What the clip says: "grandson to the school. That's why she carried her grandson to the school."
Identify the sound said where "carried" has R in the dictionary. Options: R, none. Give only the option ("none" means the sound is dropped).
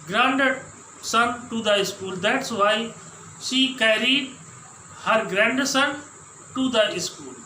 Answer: R